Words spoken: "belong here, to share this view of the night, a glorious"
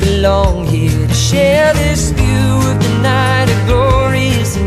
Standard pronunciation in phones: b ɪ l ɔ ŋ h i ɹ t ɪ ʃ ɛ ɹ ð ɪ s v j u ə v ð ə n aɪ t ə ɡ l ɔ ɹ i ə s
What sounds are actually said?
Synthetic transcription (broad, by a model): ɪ l ɔ ŋ h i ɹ t ɪ ʃ ɛ ɹ ð ɪ s f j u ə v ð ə n aɪ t ə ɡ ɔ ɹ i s